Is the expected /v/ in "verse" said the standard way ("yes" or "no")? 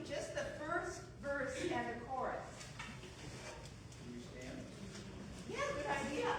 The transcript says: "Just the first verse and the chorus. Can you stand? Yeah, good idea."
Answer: yes